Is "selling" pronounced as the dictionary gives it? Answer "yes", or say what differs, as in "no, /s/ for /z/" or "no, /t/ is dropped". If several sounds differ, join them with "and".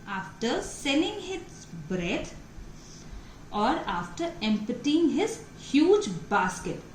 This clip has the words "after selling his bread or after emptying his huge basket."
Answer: no, /n/ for /l/